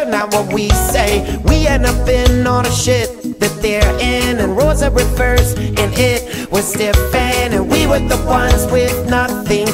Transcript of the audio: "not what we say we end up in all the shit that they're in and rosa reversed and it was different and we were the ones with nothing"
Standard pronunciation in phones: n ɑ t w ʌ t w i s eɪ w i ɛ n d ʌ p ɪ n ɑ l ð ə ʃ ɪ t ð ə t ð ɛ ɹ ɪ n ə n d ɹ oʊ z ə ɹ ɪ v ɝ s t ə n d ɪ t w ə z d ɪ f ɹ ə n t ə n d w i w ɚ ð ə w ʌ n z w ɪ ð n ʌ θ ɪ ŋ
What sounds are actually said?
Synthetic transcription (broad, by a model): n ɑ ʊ w ʌ t w i s eɪ w i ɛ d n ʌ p ɪ n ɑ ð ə ʃ ɪ t ð ə t ð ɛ ɹ ɪ n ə n ɹ oʊ z ə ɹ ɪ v ɝ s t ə n ɪ t w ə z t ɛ f ə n ə n w i w ɚ ð ə w ʌ n z w ɪ ð n ʌ θ ɪ ŋ